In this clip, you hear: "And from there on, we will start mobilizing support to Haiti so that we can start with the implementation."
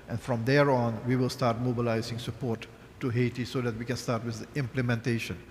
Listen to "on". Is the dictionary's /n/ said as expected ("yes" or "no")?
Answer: yes